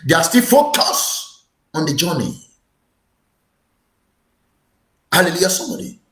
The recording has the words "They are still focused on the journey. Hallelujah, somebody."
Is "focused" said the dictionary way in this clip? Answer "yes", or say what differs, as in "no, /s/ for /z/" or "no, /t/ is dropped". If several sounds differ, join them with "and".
no, /t/ is dropped